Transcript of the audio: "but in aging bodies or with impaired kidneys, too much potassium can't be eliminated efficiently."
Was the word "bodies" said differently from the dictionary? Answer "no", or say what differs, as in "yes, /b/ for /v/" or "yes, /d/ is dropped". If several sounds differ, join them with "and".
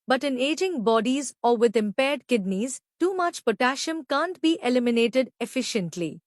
no